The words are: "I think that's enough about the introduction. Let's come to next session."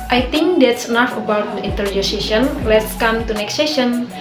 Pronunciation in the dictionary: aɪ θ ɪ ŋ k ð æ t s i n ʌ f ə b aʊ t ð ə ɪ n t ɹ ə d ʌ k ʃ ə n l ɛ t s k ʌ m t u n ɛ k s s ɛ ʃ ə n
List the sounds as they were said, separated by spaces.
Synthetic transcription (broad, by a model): aɪ t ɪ ŋ k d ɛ t s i n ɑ f ə b aʊ t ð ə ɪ n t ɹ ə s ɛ ʃ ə n l ɛ t s k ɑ m t u n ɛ k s s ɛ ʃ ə n